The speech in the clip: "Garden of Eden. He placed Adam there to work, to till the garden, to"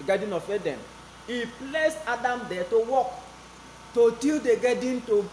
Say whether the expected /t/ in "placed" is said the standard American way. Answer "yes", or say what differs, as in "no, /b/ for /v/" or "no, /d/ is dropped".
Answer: no, /t/ is dropped